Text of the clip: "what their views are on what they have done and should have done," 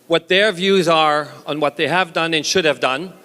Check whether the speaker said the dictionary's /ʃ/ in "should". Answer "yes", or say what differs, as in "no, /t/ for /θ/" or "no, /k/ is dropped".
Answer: yes